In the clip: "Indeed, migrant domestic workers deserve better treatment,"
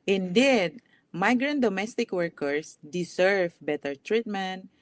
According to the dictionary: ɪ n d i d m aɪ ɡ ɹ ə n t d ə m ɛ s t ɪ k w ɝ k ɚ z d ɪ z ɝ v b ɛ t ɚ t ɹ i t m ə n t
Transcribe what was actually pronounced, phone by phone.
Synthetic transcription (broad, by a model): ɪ n d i d m aɪ ɡ ɹ ə n t d ə m ɛ s t ɪ k w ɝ k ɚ s d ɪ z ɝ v b ɛ t ɚ t ɹ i t m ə n t